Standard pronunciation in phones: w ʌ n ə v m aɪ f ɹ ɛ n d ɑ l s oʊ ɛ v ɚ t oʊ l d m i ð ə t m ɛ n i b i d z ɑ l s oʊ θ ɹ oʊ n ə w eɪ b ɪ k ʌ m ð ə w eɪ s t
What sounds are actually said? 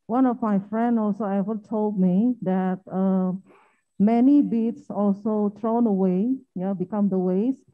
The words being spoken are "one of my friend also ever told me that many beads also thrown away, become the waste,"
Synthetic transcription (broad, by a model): w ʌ n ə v m aɪ f ɹ ɛ n d ɑ l s oʊ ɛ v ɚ t oʊ l d m i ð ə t m ɛ n i b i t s ɑ l s oʊ t ɹ oʊ n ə w eɪ b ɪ k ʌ m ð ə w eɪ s